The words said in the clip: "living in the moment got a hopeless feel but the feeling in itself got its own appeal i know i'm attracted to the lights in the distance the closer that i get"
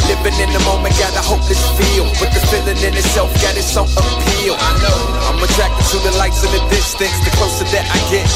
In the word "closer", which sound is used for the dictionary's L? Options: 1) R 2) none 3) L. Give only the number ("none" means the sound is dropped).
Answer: 2